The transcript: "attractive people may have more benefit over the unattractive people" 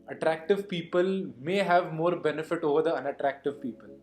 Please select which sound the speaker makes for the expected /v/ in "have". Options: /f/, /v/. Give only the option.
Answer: /v/